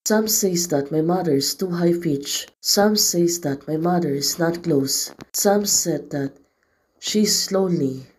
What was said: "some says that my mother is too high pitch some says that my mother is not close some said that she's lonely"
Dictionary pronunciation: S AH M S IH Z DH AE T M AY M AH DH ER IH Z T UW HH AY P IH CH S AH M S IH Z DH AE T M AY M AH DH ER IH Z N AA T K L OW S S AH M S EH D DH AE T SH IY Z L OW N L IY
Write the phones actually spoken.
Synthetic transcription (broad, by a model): S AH M S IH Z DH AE T M AY M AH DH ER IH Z T UW HH AY F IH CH S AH M S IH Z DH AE T M AY M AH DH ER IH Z N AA T K L OW S S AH M S EH D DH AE T SH IY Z L OW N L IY